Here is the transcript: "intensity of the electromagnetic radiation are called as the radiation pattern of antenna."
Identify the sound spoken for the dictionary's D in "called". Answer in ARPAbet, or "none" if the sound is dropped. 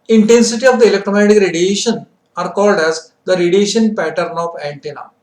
D